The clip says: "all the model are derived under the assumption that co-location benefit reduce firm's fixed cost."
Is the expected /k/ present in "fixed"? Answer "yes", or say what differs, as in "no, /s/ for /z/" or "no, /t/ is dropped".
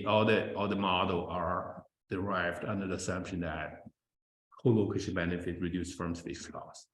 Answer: no, /k/ is dropped